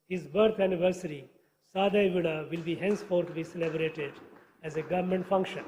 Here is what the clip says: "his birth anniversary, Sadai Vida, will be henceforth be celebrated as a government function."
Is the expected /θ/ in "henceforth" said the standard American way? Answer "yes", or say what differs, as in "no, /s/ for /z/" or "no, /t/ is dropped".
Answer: no, /t/ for /θ/